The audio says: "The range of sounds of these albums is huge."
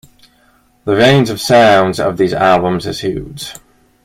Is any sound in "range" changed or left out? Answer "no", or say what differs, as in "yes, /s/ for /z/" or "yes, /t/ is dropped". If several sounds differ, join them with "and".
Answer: yes, /z/ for /dʒ/